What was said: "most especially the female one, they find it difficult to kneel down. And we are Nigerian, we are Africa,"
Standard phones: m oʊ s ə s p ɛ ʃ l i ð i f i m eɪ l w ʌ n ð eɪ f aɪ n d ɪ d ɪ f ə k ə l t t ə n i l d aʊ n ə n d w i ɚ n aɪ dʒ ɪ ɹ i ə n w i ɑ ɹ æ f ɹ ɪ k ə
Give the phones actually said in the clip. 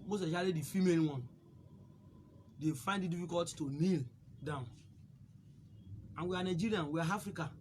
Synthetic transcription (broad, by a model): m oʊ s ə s ɑ l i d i f i m eɪ l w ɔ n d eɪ f aɪ n d ɪ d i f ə k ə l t t ə n i l d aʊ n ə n w i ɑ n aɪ dʒ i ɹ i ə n w i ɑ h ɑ f ɹ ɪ k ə